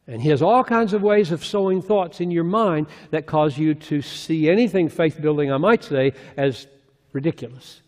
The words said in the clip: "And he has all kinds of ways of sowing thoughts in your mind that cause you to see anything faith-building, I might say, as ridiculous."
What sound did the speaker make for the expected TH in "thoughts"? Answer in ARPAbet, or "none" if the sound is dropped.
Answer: TH